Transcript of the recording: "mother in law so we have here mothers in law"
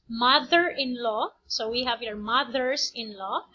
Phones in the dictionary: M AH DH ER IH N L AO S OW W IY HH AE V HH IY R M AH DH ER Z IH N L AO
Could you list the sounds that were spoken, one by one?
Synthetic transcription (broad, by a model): M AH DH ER IH N L AO S OW W IY HH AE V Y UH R M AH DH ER S IH N L AO